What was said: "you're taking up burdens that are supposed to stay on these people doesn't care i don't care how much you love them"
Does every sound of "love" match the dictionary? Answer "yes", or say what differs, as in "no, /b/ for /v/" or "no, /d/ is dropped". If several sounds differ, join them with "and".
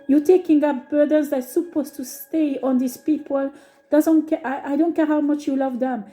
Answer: yes